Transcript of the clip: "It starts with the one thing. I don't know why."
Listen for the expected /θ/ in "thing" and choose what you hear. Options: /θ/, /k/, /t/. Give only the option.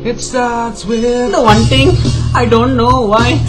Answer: /t/